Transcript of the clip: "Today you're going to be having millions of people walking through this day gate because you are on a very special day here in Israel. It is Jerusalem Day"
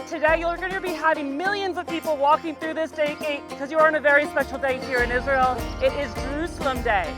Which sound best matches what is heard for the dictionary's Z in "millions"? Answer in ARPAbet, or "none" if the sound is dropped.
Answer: Z